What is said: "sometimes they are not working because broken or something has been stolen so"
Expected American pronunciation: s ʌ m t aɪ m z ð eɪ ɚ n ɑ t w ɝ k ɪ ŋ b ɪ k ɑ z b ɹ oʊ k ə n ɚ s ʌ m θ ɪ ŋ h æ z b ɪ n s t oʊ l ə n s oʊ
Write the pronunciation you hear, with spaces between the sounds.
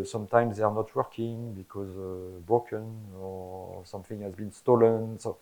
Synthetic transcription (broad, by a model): s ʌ m t aɪ m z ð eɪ ɚ n ɑ t w ɝ k ɪ ŋ b ɪ k ɑ z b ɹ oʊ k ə n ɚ s ʌ m θ ɪ ŋ h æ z b ɪ n s t oʊ l ə n s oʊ